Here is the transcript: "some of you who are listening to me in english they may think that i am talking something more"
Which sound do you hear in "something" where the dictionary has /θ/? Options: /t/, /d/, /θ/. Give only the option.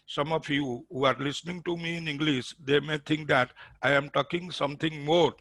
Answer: /t/